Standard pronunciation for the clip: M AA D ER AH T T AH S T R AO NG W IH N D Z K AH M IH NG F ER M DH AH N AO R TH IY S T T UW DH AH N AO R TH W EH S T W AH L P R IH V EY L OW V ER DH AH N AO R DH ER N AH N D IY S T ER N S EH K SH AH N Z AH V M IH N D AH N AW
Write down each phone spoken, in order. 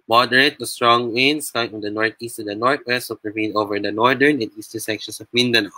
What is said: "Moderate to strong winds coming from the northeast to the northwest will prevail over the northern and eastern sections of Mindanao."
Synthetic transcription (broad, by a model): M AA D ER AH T T AH S T R AO NG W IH N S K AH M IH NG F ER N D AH N AO R T IY S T T UW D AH N AO R T W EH S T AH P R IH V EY N OW V ER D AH N AO R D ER N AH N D IY S T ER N S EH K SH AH N S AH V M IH N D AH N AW